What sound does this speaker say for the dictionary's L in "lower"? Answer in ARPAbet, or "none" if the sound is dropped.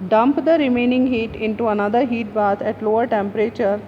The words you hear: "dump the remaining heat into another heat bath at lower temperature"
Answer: L